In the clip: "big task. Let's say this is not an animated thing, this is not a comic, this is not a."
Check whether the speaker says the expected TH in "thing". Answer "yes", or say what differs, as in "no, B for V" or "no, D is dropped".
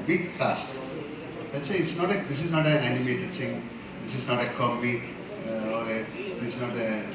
no, S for TH